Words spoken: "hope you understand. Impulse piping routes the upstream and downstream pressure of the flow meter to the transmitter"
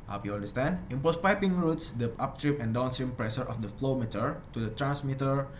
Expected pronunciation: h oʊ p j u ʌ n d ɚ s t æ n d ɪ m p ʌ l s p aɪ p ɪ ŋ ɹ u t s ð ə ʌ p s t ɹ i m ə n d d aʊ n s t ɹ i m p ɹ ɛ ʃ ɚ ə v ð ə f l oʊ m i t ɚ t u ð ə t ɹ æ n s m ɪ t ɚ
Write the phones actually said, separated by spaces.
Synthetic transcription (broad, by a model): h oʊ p j u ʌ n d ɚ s t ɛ n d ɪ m p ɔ s p aɪ p ɪ ŋ ɹ u t s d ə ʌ p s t ɹ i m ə n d d aʊ n s t ɹ i m p ɹ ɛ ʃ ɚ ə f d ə f l oʊ m i t ɚ t u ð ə t ɹ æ n s m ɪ t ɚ